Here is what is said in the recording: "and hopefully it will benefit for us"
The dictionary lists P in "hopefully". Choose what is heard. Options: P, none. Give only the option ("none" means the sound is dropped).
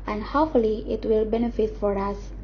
none